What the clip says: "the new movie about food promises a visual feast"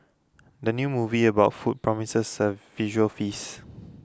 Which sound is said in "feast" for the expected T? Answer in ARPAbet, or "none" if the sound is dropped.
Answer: none